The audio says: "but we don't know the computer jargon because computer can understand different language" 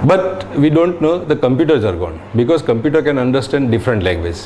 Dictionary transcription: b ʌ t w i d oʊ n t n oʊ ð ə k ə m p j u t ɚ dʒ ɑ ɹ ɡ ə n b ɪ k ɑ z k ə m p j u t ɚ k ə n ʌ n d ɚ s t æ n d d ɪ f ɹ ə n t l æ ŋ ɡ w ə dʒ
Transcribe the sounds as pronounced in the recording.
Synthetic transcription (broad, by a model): b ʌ t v i d oʊ n t n oʊ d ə k ə m p j u t ɚ z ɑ ɹ ɡ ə n b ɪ k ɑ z k ə m p j u t ɚ k ə n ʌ n d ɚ s t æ n d d ɪ f ɹ ə n t l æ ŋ ɡ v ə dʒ